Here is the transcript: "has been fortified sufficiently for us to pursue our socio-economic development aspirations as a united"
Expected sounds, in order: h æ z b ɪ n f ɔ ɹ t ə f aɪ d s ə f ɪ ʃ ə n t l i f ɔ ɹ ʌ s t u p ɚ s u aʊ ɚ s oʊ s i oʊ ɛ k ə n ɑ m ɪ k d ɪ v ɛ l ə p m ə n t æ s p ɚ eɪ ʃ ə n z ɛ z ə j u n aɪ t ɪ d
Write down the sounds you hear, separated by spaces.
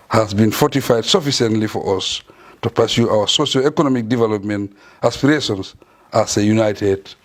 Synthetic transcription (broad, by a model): h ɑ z b ɪ n f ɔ t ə f aɪ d s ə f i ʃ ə n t l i f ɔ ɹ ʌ s t u p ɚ s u aʊ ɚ s oʊ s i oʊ ɛ k ə n ɑ m ɪ k d ɪ v ɛ l ə p m ə n t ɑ s p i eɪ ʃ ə n s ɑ s ə j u n aɪ t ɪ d